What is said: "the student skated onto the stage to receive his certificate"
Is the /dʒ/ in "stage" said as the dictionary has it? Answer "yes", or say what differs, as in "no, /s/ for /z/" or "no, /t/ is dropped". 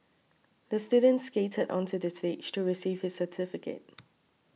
no, /tʃ/ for /dʒ/